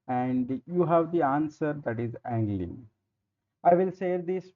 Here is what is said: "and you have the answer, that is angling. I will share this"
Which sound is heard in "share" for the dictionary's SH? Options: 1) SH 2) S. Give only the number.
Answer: 2